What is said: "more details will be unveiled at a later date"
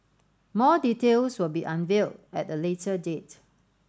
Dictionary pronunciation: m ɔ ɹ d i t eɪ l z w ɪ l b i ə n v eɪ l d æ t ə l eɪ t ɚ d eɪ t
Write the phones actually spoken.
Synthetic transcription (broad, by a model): m ɔ d i t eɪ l s w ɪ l b i ə n v eɪ l d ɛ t ə l eɪ t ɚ d eɪ t